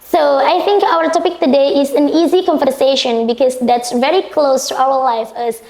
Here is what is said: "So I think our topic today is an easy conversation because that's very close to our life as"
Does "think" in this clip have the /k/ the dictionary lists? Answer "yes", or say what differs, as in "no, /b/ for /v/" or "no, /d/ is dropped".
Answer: yes